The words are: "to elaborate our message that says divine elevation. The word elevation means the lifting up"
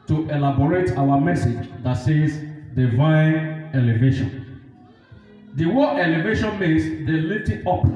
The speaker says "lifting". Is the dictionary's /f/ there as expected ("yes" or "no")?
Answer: no